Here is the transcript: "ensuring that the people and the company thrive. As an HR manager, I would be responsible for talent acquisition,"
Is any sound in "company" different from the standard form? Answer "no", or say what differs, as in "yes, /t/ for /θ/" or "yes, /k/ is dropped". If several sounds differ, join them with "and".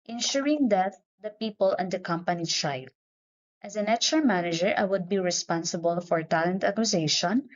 no